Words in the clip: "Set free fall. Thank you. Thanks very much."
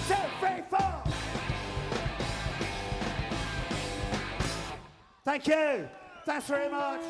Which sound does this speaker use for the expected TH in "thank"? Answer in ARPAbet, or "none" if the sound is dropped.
TH